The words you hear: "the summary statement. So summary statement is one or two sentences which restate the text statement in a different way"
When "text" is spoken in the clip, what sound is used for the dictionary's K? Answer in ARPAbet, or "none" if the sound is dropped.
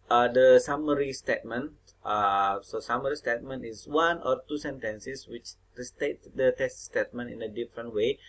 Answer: none